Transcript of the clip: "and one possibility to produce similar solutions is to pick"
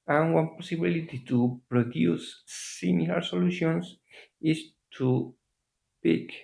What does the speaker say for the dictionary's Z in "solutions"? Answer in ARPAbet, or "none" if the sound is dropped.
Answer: S